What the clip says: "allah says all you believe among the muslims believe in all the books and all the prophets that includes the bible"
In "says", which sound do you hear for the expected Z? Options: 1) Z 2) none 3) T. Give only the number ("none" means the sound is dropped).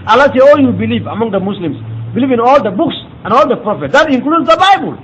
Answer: 2